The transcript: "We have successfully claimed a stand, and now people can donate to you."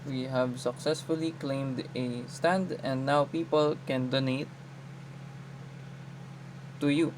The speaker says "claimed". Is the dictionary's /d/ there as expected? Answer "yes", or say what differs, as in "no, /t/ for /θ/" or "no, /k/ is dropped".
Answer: yes